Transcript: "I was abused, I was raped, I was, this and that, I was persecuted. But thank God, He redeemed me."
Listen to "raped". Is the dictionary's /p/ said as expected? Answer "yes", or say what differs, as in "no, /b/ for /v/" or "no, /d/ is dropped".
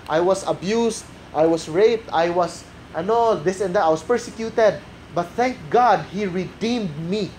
yes